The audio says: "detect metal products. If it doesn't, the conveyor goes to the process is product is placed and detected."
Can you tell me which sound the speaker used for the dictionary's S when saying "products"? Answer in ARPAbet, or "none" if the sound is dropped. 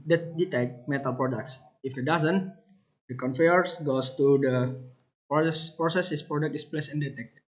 S